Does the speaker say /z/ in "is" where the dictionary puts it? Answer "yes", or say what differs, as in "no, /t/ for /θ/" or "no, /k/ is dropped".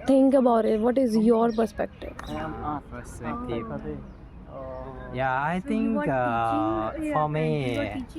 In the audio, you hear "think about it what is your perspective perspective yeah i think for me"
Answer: yes